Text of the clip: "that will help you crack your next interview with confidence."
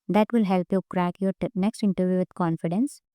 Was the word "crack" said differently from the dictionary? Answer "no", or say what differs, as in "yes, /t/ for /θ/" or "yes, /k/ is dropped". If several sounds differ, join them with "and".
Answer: no